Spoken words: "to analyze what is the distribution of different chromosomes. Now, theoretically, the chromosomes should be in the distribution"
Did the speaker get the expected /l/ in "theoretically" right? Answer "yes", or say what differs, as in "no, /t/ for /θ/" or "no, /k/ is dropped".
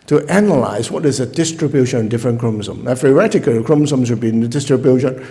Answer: no, /l/ is dropped